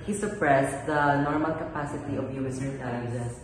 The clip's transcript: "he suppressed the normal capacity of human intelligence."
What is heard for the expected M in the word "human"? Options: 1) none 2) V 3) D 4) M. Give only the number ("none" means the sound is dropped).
1